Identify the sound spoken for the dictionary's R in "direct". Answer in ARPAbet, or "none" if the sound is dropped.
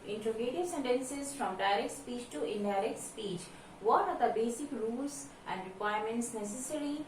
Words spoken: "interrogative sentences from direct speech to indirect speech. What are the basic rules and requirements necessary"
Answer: R